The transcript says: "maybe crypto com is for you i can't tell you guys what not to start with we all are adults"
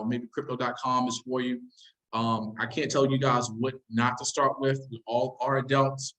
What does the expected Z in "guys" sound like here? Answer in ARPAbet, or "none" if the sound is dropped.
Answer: Z